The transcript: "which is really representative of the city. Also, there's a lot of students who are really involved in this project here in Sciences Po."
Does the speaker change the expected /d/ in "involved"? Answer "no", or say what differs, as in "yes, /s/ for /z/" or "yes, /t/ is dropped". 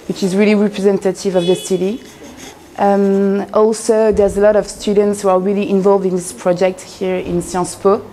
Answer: no